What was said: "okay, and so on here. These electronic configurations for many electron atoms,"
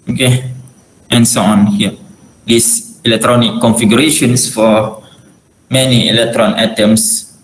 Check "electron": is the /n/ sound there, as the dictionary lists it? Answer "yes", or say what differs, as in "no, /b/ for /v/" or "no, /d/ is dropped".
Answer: yes